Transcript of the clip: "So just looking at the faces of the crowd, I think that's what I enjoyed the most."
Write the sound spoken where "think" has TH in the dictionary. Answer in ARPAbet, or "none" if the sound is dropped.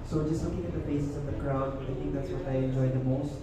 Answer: T